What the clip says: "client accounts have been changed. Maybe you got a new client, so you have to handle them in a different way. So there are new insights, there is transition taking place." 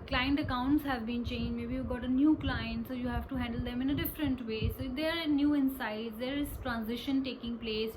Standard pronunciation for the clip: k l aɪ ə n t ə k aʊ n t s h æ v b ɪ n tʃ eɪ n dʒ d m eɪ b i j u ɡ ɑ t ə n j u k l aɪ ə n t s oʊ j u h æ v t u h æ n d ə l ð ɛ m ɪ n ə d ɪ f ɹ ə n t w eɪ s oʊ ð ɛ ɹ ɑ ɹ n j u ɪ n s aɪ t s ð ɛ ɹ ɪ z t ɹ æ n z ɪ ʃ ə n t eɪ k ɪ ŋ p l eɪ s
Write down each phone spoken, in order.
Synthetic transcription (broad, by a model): k l aɪ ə n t ə k aʊ n t s h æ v b ɪ n tʃ eɪ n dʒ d m eɪ b i j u ɡ ɑ t ə n j u k l aɪ ə n t s oʊ j u h æ v t u h æ n d ə l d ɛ m ɪ n ə d ɪ f ɹ ə n t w eɪ s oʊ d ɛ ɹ ɑ ɹ n j u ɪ n s aɪ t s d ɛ ɹ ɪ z t ɹ æ n z ɪ ʃ ə n t eɪ k ɪ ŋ p l eɪ s